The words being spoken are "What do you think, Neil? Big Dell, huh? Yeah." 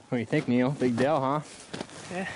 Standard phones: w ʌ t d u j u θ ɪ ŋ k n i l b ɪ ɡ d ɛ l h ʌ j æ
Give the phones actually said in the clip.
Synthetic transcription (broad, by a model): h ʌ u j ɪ θ ɪ ŋ k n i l b ɪ ɡ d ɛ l h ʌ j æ